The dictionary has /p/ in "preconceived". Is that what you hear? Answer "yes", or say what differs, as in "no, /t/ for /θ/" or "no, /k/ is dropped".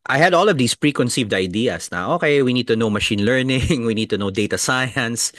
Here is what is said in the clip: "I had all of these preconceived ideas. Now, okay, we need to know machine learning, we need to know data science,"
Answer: yes